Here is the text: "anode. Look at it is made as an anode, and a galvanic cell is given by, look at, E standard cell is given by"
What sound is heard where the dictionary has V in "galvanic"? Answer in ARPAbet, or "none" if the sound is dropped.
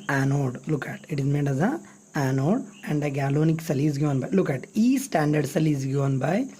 none